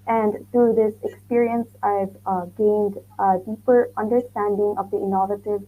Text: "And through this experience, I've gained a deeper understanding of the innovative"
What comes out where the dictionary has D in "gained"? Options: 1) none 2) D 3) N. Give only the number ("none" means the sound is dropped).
2